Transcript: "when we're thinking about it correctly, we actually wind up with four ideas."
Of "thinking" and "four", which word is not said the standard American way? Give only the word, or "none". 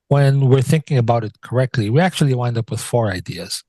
none